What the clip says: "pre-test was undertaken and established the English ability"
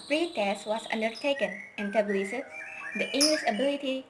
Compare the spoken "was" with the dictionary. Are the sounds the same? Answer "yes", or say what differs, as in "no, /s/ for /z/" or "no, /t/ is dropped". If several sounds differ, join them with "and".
no, /s/ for /z/